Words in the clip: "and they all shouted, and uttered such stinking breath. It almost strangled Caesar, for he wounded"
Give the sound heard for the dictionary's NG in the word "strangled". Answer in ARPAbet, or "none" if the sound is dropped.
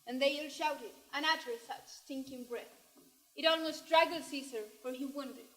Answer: none